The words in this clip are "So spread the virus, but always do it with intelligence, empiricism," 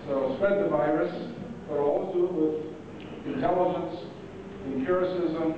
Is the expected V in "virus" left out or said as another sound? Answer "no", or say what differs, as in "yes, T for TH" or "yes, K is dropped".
no